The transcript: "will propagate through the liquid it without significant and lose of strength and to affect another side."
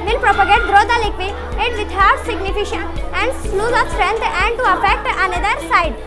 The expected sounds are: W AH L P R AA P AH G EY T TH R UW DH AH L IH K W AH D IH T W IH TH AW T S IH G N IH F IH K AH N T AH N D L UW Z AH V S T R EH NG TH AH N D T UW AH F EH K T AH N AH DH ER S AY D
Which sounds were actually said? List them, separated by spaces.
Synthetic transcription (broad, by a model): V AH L P R AA P AH G EY T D R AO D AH L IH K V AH IH T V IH T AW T S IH G N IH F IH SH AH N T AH N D L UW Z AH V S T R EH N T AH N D T UW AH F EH K T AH N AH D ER S AY D